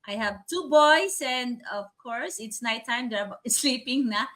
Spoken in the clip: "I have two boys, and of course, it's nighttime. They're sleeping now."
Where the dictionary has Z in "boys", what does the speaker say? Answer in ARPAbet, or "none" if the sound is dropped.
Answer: S